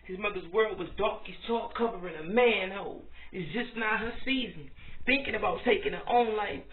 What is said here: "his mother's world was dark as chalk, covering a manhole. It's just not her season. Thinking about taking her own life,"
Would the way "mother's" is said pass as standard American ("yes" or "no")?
yes